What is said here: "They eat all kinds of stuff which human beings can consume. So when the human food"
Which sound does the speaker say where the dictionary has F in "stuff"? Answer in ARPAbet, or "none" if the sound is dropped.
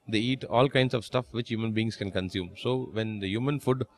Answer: F